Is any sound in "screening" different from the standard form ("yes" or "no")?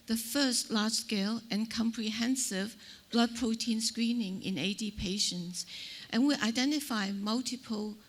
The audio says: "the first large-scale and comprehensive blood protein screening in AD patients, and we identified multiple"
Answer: no